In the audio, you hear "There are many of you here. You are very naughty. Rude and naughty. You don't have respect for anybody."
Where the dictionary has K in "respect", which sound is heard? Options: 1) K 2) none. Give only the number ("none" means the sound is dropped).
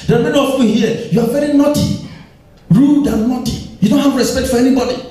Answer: 1